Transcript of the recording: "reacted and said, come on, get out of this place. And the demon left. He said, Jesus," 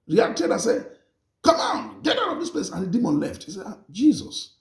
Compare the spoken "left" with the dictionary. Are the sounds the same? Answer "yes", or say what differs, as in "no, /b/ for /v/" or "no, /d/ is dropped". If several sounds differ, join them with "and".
yes